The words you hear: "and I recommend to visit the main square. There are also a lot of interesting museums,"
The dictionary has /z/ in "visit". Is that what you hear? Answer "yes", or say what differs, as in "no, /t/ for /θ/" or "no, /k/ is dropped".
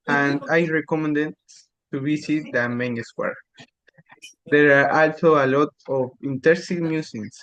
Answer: no, /s/ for /z/